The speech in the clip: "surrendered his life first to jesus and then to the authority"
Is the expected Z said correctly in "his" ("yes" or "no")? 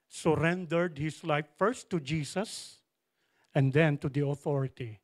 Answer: no